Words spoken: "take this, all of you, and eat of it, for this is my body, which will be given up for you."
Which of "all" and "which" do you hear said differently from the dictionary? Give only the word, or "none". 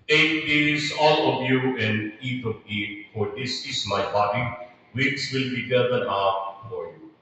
which